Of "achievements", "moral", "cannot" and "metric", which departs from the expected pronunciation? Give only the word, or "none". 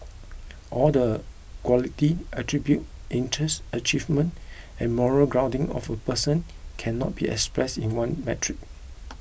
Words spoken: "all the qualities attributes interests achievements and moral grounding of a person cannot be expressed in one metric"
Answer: achievements